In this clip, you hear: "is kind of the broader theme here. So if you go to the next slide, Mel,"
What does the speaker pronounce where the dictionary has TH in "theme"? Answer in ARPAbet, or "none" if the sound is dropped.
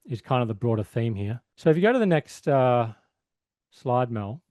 TH